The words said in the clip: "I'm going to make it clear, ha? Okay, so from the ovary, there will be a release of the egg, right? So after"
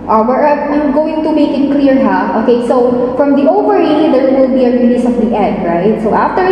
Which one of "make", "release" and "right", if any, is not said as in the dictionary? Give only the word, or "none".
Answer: release